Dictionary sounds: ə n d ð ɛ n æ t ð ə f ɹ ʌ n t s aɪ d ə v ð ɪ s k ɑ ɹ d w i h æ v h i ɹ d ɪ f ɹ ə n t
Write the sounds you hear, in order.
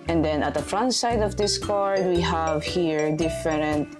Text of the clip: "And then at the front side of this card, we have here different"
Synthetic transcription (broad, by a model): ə n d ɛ n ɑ t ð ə f ɹ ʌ n t s aɪ d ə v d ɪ s k ɑ ɹ d w i h æ v h i ɹ d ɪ f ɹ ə n t